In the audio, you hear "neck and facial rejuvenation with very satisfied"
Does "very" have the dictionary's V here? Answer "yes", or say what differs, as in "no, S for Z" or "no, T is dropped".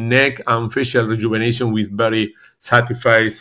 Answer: no, B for V